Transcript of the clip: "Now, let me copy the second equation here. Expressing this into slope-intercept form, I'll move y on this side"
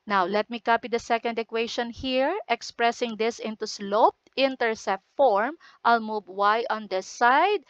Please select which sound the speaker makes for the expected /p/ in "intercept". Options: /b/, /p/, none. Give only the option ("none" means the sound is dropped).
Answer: none